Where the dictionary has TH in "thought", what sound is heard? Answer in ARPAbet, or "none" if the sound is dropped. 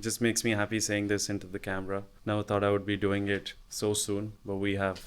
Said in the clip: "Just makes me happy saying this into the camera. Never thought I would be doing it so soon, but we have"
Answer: T